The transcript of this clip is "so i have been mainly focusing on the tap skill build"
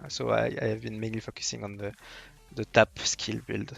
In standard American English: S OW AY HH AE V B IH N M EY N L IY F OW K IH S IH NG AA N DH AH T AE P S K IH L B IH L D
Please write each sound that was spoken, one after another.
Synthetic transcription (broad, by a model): S OW AY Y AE V B IH N M EY N L IY F OW K IH S IH NG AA N DH AH T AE P S K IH L B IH L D